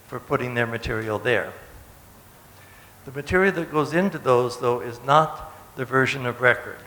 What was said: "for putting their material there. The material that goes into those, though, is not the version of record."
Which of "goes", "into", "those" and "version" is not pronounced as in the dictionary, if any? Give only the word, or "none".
none